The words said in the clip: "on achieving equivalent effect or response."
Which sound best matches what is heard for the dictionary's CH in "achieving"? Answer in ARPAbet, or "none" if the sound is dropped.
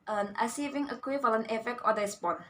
S